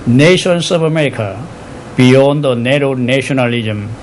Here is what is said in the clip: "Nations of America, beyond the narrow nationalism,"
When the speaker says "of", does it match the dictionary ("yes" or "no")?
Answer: no